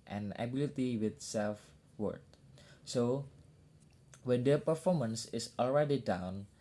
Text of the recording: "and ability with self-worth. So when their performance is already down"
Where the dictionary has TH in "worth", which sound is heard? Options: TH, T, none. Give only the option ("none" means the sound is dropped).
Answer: T